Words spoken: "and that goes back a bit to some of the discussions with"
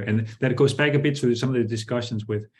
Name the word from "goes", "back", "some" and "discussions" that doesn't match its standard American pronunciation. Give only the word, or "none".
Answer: none